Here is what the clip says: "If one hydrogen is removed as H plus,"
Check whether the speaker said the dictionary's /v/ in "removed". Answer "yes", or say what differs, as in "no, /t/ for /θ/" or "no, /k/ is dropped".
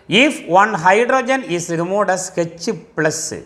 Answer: no, /v/ is dropped